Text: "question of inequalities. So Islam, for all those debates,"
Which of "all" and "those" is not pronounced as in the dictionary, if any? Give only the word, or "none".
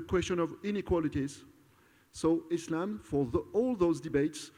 none